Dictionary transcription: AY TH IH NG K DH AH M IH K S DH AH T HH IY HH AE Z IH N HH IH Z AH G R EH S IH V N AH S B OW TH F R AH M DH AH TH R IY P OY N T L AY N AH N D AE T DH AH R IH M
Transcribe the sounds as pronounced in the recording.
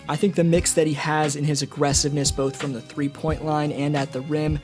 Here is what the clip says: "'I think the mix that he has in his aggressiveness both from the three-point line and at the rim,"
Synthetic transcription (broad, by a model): AY TH IH NG K DH AH M IH K S DH AH T HH IY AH Z IH N IH Z AH G R EH S IH V N AH S B OW TH F R AH M DH AH TH R IY P OY N T L AY N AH N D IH T DH AH R IH M